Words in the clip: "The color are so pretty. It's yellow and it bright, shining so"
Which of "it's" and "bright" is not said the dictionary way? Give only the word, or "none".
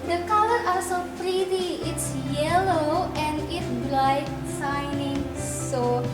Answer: bright